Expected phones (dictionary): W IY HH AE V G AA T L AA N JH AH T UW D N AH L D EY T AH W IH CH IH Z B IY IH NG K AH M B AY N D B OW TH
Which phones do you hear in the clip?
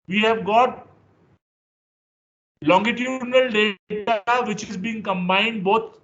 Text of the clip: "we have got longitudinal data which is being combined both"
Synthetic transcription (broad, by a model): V IY HH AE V G AA T L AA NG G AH T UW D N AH L D EY T AH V IH CH IH Z B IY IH NG K AH M B AY N D B OW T